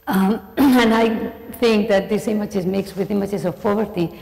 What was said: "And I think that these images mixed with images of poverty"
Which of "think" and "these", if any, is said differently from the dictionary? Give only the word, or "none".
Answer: these